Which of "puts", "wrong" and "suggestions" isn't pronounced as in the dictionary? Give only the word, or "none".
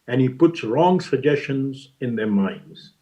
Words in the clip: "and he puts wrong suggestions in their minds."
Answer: none